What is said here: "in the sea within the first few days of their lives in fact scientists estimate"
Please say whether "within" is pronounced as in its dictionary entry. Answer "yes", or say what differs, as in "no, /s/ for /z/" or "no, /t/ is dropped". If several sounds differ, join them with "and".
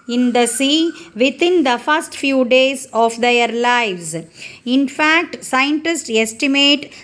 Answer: no, /t/ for /θ/